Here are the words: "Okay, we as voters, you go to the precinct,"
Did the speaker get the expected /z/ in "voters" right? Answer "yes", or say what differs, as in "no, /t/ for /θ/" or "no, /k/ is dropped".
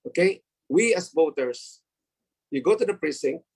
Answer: no, /s/ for /z/